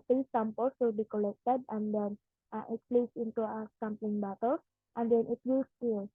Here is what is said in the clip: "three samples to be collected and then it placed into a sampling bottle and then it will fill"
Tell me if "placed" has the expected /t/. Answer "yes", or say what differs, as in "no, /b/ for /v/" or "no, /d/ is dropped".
no, /t/ is dropped